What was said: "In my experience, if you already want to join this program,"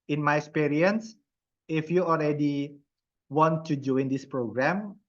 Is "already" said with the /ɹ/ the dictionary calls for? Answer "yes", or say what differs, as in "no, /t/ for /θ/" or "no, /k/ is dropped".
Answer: no, /l/ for /ɹ/